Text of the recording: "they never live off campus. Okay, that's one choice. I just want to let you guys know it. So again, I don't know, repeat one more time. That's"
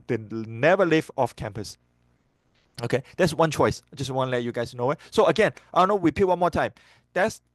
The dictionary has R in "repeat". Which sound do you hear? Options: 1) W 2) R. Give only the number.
1